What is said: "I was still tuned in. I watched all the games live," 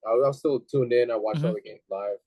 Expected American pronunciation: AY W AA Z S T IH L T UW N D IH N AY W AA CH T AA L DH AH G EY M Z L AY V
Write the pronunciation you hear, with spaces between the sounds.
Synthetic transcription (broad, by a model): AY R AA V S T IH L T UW N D IH N AY W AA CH AA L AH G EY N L AY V